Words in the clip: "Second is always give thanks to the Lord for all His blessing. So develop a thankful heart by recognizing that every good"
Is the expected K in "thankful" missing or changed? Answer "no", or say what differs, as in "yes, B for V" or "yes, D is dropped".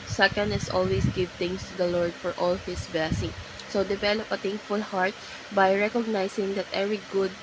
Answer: yes, K is dropped